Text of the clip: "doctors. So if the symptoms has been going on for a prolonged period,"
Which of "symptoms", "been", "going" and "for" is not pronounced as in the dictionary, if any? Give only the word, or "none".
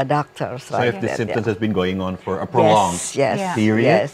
symptoms